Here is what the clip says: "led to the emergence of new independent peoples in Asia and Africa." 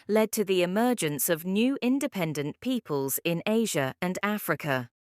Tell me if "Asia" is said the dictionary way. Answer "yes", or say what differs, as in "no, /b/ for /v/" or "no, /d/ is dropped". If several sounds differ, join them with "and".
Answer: yes